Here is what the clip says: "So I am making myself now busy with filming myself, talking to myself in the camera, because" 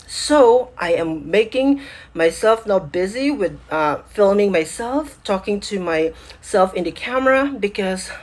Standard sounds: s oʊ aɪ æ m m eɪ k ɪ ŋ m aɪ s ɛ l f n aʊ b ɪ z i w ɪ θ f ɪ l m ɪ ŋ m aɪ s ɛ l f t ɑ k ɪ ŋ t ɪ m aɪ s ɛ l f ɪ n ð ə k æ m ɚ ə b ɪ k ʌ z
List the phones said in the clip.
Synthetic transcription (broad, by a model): s oʊ aɪ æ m m eɪ k ɪ ŋ m aɪ s ɛ l f n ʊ b ɪ z i w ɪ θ f ɪ l m ɪ ŋ m aɪ s ɛ l f t ɑ k ɪ ŋ t ɪ m aɪ s ɛ l f ɪ n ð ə k æ m ɚ ə b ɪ k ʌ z